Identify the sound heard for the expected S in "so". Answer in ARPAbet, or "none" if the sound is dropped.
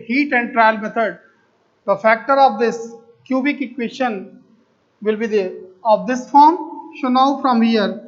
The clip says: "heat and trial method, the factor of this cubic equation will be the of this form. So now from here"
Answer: SH